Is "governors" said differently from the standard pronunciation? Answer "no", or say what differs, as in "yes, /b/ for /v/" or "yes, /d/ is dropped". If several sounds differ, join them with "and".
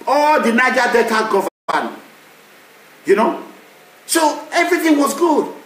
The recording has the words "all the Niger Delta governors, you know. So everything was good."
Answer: yes, /n/ is dropped